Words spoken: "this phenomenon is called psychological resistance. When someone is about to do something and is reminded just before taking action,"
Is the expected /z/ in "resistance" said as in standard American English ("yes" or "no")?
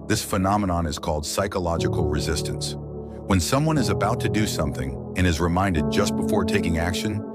yes